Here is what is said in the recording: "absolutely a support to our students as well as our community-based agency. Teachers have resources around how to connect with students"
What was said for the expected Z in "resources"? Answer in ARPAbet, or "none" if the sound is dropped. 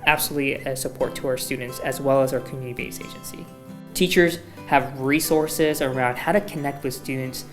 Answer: Z